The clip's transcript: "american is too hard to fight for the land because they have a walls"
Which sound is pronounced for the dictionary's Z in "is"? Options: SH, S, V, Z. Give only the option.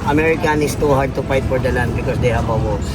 S